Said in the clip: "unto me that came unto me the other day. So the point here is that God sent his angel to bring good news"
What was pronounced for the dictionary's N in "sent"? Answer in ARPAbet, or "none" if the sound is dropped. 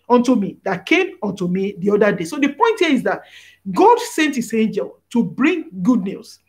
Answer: N